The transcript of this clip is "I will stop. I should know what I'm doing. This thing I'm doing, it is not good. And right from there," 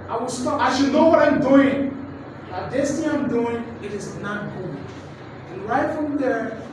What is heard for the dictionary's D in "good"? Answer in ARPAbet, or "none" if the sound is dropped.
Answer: none